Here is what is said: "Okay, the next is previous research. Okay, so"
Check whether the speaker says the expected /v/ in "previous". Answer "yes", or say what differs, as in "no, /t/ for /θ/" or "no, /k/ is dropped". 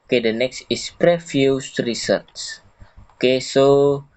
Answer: no, /f/ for /v/